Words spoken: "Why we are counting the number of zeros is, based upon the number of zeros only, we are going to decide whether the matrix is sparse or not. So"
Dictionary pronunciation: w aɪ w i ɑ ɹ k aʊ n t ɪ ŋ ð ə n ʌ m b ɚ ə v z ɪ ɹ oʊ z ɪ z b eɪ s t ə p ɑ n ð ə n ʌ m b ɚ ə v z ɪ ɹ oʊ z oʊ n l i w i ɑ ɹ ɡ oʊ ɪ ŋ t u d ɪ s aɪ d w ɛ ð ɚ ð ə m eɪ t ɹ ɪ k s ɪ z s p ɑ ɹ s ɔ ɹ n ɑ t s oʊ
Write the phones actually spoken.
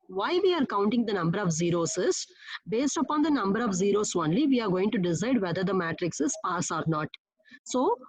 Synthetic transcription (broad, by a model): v aɪ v i ɑ ɹ k aʊ n t ɪ ŋ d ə n ʌ m b ɚ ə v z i ɹ oʊ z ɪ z b eɪ s t ə p ɑ n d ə n ʌ m b ɚ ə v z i ɹ oʊ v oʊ n l i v i ɑ ɹ ɡ oʊ ɪ ŋ t u d ɪ s aɪ d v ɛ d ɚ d ə m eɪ t ɹ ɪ k s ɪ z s p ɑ s ɔ ɹ n ɑ t s oʊ